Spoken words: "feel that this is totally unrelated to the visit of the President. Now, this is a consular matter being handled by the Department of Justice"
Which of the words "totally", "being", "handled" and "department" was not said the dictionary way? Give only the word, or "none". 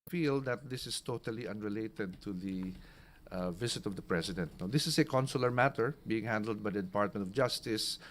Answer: none